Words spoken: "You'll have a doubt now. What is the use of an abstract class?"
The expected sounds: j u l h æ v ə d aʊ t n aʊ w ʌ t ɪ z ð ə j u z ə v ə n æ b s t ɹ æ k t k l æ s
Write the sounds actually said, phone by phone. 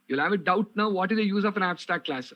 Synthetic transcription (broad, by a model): j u l h æ v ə d aʊ t n aʊ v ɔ t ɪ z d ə j u z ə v ə n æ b s t æ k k l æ s